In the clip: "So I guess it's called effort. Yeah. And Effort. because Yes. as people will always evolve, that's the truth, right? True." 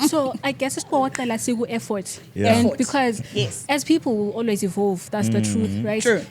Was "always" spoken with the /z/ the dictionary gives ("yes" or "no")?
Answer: yes